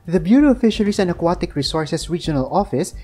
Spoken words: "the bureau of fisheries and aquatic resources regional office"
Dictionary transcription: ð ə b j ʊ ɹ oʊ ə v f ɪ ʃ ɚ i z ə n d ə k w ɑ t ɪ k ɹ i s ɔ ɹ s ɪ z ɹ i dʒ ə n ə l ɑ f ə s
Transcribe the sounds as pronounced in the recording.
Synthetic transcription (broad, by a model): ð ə b j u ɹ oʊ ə f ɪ ʃ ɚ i s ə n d ə k w ɑ t ɪ k ɹ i s ɔ ɹ s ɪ s ɹ i dʒ ə n ə l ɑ f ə s